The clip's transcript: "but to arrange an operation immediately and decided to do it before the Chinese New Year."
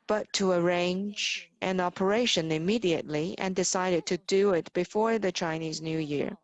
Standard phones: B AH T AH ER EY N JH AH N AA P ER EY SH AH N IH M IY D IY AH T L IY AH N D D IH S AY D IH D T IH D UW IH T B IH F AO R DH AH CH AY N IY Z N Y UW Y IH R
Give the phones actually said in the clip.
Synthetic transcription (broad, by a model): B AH T AH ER EY N JH AH N AA P ER EY SH AH N IH M IY D IY AH T L IY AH N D D IH S AY D IH D T IH D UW IH T B IH F AO R DH AH CH AY N IY Z N Y UW Y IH R